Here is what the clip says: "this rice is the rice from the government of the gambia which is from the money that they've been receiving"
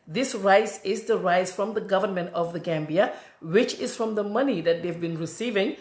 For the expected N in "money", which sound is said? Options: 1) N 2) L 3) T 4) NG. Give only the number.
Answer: 1